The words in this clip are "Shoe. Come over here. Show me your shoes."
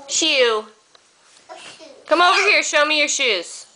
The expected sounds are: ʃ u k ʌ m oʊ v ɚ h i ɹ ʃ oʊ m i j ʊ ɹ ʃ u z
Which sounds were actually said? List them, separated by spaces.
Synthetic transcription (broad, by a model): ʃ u k ʌ m oʊ v ɚ h i ɹ ʃ oʊ m i j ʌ ɹ ʃ u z